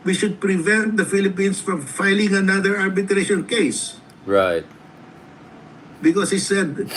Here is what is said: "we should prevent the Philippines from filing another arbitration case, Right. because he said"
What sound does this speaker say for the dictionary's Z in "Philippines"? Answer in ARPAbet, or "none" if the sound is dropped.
S